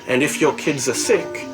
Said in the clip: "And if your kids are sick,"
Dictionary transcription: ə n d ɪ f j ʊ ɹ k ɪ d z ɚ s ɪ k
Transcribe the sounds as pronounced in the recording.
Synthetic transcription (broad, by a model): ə n d ɪ f j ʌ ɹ k ɪ d z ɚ s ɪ k